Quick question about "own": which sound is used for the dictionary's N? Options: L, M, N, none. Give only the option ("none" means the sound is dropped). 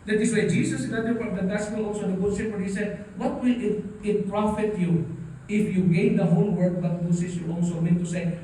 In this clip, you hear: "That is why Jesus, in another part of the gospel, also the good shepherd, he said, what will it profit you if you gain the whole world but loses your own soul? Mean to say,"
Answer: L